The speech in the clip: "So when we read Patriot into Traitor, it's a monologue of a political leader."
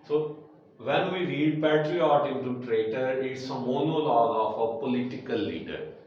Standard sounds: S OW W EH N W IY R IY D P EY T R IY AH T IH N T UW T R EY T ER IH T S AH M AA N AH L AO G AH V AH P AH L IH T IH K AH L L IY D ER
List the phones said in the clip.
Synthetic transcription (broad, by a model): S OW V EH N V IY R IY D P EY T R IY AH T IH N T UW T R EY T ER IH T S AH M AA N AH L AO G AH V AH P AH L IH T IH K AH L L IY D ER